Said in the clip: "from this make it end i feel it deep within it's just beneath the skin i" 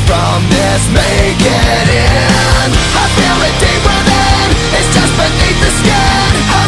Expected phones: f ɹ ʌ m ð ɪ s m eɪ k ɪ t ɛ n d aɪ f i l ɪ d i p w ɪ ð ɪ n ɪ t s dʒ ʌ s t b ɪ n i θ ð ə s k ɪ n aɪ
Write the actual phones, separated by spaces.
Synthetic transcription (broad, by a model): f ɹ ʌ m ð ɪ s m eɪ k ɪ t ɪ n aɪ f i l ɪ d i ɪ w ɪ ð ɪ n ɪ t s dʒ ʌ s t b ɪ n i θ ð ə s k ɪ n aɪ